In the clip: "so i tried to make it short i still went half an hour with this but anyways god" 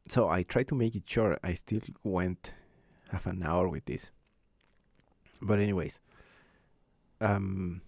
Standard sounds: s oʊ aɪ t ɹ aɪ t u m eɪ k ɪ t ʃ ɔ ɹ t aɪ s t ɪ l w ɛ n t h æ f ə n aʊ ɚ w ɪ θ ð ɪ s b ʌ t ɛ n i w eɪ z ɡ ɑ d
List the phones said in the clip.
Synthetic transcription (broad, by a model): s oʊ aɪ t ɹ aɪ t u m eɪ k ɪ t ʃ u ɹ aɪ s t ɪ l w ɛ n t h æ f ə n aʊ ɚ w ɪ ð ɪ s b ʌ t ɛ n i w eɪ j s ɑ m